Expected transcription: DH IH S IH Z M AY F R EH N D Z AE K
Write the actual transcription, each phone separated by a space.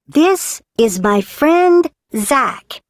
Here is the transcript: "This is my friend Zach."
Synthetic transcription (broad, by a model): DH IH S IH Z M AY F R EH N D Z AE K